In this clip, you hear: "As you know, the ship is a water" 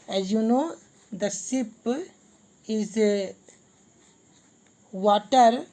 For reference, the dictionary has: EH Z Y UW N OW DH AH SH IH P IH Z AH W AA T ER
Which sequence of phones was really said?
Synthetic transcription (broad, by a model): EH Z Y UW N OW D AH S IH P IH Z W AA T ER